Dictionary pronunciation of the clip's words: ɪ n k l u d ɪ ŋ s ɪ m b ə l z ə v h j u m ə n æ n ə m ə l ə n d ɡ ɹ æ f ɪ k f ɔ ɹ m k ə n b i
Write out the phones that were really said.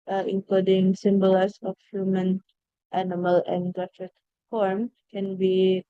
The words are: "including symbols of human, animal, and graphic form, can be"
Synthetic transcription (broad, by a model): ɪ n k l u d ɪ ŋ s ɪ m b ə l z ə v h j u m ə n æ n ə m ə l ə n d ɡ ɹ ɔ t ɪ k f ɔ ɹ m k ə n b i